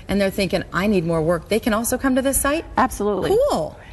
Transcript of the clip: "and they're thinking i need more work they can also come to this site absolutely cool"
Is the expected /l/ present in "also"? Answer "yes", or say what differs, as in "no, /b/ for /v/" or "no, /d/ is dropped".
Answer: yes